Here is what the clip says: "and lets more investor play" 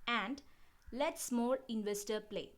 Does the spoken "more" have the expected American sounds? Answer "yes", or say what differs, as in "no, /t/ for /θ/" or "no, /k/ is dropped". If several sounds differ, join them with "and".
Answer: no, /l/ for /ɹ/